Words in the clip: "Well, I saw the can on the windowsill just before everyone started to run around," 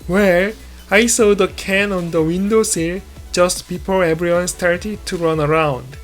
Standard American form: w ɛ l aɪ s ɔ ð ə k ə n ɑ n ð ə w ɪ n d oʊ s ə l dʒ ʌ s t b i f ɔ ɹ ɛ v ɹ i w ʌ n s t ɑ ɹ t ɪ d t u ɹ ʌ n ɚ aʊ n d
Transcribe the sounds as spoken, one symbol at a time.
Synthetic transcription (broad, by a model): w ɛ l aɪ s ɔ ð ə k ə n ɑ n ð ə w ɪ n d oʊ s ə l dʒ ʌ s t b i p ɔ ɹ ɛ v ɹ i w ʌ n s t ɑ ɹ t ɪ d t u ɹ ʌ n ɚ aʊ n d